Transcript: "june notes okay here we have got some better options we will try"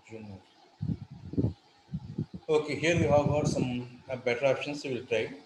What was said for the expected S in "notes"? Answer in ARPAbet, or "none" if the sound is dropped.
none